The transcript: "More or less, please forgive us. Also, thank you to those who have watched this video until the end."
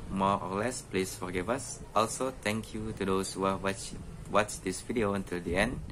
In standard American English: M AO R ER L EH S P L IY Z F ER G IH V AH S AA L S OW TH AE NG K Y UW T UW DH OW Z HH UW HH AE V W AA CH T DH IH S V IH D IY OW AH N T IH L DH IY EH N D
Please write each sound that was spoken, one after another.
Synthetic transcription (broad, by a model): M AO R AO L EH S P L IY S F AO G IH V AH S AA L S OW T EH NG K Y UW T UW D OW S HH UW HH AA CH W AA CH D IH S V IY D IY OW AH N T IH L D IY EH N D